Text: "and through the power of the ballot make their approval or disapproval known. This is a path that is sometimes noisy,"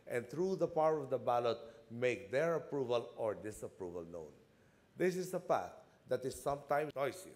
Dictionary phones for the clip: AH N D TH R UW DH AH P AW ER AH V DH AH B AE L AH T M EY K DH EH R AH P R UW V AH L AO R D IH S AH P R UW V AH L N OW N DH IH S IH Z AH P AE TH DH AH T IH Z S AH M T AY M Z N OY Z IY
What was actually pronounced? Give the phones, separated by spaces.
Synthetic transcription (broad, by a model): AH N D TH R UW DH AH P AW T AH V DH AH B AE L AH T M EY K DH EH R AH P R UW V AH L AO R D IH S AH P R UW V AH L N OW N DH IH S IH S AH P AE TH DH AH T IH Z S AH M T AY M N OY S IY